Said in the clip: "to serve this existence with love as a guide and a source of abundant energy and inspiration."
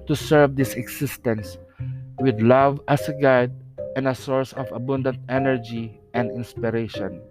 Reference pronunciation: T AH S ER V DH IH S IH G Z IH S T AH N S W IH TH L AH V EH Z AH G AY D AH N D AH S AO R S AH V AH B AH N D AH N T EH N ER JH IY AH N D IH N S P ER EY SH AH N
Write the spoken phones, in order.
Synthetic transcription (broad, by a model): T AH S ER V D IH S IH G S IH S T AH N S W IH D L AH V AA S AH G AY D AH N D AH S AO R S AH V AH B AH N D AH N T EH N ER JH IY AH N D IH N S P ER EY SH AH N